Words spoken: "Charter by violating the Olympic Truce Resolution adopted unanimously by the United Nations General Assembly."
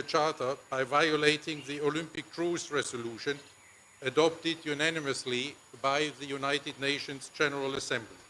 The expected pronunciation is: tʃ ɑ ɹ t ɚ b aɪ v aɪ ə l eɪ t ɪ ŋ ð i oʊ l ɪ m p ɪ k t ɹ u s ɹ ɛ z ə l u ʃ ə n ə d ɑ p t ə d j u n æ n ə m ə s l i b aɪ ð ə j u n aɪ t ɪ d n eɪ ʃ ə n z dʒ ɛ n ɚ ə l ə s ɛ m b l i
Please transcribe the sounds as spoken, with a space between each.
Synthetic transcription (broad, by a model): tʃ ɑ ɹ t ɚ b aɪ v aɪ ə l eɪ t ɪ ŋ ð i oʊ l ɪ m p ɪ k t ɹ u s ɹ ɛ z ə l u ʃ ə n ə d ɑ p t ə d j u n æ n ə m ə s l i b aɪ ð ə j u n aɪ t ɪ d n eɪ ʃ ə n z dʒ ɛ n ɚ ə l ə s ɛ m b l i